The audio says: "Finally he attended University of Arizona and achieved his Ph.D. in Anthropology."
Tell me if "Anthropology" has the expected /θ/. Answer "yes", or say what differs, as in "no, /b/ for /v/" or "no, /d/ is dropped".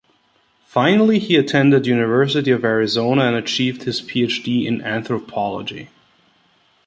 yes